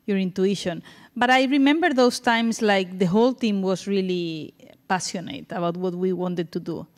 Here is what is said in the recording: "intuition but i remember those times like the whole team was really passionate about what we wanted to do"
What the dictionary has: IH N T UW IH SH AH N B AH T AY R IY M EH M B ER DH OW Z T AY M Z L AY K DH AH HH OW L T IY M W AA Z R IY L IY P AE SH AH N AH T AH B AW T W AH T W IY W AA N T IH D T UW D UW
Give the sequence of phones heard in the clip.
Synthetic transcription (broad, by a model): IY N T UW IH SH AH N B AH T AY R IY M EH M B ER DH OW S T AY M S L AY K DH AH HH OW L T IY M W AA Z R IY L IY P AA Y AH N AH T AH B AW T W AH T W IY W AA N T IH D T UW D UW